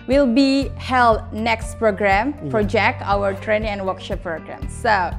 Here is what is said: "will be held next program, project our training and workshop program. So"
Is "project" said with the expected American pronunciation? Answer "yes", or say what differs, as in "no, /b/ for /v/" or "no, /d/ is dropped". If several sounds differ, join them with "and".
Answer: no, /t/ is dropped